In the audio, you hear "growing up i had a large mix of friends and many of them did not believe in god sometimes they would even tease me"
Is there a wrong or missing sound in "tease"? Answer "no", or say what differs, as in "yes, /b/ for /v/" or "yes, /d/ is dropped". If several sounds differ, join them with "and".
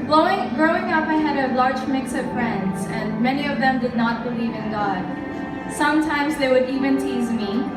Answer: no